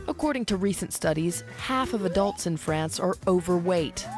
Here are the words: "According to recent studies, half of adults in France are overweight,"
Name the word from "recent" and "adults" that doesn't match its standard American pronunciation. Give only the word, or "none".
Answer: none